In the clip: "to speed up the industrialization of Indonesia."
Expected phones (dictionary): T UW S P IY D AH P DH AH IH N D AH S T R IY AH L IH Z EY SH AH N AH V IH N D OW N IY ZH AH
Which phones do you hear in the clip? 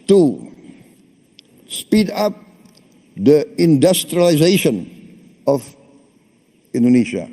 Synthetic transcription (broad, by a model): T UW S P IY D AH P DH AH IH N D AH S T R IY AH L IH Z EY SH AH N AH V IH N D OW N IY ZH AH